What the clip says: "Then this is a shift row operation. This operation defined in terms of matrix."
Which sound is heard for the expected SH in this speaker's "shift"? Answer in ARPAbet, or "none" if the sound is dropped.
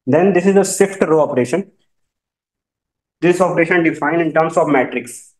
S